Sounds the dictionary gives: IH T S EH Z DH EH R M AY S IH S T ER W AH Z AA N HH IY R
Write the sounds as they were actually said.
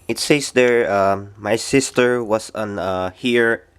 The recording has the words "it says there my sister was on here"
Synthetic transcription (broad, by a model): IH T S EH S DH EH R M AY S IH S T ER W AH S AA N HH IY R